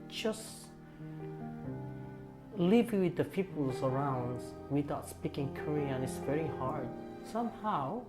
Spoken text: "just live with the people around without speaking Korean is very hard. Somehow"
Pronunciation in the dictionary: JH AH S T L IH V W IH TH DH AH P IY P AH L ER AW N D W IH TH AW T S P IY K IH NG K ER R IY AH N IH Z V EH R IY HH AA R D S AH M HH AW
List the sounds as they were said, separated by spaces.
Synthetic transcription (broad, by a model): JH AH S L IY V W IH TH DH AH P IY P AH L ER AW N D W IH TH AW T S P IY K IH NG K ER R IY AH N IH S V EH R IY HH AA R D S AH M HH AW